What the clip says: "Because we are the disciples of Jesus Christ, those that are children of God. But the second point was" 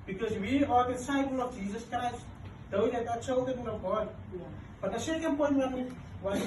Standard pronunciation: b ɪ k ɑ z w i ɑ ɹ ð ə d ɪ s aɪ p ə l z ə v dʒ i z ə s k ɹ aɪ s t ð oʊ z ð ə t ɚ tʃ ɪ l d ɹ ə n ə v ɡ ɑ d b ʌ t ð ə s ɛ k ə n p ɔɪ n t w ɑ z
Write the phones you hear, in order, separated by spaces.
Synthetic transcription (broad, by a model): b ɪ k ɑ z w i ɑ ɹ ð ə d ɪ s aɪ p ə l ə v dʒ i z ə s k ɹ aɪ s t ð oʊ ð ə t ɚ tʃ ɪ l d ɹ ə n ə v ɡ ɑ d b ʌ t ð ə s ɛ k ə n p ɔɪ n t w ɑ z